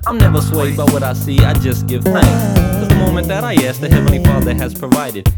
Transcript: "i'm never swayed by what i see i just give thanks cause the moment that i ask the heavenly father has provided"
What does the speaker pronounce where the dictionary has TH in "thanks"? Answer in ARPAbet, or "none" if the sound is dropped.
TH